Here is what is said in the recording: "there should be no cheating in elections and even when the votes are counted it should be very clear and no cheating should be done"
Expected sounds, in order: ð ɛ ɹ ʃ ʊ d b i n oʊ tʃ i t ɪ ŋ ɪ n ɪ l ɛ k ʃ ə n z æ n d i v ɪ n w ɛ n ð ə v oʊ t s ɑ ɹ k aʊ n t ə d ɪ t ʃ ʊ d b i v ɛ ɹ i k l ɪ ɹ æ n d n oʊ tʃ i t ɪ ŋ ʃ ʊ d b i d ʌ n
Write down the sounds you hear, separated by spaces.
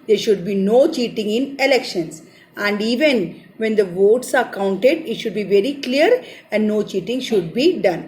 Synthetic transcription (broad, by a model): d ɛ ɹ ʃ ʊ d b i n oʊ tʃ i t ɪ ŋ ɪ n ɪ l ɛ k ʃ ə n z æ n d i v ɪ n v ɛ n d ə v oʊ t s ɑ ɹ k aʊ n t ə d ɪ t ʃ ʊ d b i v ɛ ɹ i k l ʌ ɹ æ n d n oʊ tʃ i t ɪ ŋ ʃ ʊ d b i d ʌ n